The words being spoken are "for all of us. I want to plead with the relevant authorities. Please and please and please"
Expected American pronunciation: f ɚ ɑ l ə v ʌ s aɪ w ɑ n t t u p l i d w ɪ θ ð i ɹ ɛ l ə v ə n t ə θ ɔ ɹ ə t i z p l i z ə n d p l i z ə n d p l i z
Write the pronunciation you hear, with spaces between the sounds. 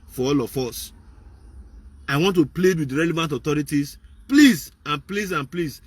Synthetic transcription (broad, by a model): f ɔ ɑ l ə f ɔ s aɪ w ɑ n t t u p l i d w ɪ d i ɹ ɛ l ə v ə n t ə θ ɔ ɹ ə t i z p l i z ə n p l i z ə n p l i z